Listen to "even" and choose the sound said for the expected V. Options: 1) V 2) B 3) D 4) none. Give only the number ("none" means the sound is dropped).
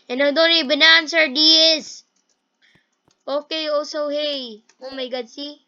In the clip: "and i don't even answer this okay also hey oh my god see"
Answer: 2